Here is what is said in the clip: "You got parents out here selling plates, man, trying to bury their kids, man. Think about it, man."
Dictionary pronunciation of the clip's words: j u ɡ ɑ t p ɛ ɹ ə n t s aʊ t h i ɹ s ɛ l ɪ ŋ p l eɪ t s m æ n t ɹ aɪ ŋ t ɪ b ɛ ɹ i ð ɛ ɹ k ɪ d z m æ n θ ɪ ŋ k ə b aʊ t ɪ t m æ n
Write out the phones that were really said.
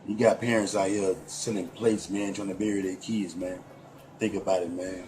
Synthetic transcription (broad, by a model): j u ɡ ɑ t p ɛ ɹ ə n t s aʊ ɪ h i s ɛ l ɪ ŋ p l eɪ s m æ n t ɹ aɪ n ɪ b ɛ ɹ i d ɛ k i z m æ n θ ɪ ŋ k ə b aʊ t ɪ t m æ n